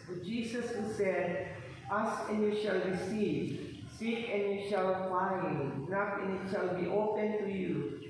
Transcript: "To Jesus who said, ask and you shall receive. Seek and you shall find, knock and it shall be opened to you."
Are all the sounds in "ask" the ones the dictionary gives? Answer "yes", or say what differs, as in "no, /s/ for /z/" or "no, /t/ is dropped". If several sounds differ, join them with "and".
no, /k/ is dropped